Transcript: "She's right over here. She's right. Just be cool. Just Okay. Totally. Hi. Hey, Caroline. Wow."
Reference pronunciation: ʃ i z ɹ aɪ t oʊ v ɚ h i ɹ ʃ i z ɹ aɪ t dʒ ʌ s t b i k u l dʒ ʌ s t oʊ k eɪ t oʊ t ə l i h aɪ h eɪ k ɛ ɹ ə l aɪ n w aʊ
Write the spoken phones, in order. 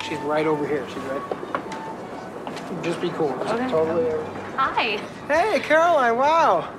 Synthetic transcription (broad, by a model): ʃ i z ɹ aɪ t oʊ v ɚ h i ɹ ʃ i z ɹ aɪ t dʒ ʌ s b i k u l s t oʊ ʊ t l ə i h aɪ h eɪ k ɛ ɹ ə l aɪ w aʊ